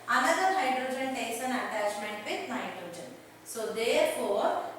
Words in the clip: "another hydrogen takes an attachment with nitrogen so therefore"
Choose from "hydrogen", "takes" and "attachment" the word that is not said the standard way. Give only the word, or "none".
takes